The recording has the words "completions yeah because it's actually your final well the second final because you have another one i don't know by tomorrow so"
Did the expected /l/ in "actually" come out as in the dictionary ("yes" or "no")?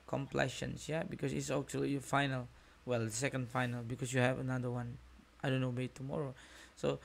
no